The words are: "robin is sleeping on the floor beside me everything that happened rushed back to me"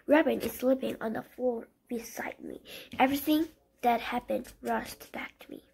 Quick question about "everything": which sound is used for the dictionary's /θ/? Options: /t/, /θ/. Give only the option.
/θ/